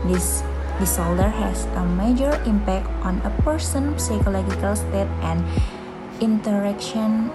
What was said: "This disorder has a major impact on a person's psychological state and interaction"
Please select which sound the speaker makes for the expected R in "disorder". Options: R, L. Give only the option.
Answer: L